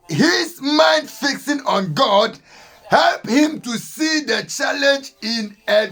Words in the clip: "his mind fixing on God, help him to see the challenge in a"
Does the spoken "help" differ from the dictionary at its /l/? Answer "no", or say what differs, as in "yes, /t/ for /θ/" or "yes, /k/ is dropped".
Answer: no